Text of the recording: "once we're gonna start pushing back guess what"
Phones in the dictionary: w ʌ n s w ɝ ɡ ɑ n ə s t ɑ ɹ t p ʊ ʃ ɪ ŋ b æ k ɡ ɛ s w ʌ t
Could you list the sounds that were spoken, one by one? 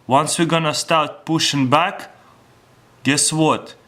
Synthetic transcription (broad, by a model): w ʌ n s w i ɡ ɑ n ə s t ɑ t p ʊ ʃ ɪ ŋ b æ k ɡ ɛ s w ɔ t